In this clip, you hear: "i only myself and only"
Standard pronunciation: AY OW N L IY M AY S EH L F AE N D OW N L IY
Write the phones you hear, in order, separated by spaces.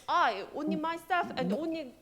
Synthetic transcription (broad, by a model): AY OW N IY M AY S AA F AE N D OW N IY